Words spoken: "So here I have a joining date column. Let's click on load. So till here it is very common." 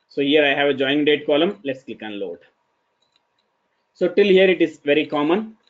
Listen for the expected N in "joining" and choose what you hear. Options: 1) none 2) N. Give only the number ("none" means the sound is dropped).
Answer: 1